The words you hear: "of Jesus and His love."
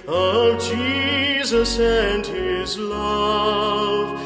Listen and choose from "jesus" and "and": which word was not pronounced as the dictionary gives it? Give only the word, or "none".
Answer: none